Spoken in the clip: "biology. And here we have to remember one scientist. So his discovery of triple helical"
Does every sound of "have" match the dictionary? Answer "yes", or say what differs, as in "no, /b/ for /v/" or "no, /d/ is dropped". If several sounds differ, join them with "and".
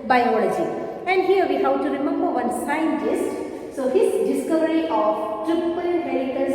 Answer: no, /w/ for /v/